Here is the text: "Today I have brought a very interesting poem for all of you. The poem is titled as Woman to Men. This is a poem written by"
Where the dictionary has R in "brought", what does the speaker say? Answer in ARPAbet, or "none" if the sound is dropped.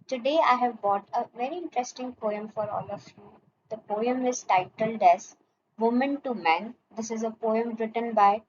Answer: none